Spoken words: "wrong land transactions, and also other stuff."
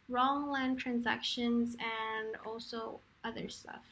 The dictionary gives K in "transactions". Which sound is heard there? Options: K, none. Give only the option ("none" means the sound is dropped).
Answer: K